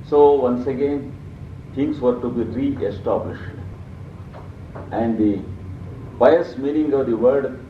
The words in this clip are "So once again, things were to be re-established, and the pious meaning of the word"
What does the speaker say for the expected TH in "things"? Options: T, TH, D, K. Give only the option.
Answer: T